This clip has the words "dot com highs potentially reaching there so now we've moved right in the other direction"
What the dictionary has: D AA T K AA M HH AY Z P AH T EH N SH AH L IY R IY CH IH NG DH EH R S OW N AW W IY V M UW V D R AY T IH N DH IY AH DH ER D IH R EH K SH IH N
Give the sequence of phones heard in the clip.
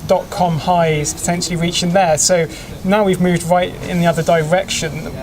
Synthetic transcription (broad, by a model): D AA T K AA M HH AY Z P AH T EH N SH AH L IY R IY CH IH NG DH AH S OW N AW W IY V M UW V D R AY T IH N DH IY AH DH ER D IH R EH K SH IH N